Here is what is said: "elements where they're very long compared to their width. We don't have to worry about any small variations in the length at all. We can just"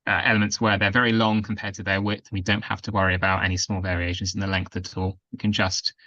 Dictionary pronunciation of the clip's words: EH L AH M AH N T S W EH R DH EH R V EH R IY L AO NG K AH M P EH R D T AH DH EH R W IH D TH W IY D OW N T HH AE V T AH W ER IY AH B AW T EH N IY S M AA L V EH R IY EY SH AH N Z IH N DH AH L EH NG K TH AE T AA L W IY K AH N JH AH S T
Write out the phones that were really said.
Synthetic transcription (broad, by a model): EH L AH M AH N T S W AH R DH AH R V EH R IY L AO NG K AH M P EH D T AH DH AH W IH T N W IY D OW N T HH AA F T AH W ER IY AH B AW T EH N IY S M AA L V EH R IY EY SH AH N Z IH N DH AH L EH NG K TH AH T AA L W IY K AH N JH AH S T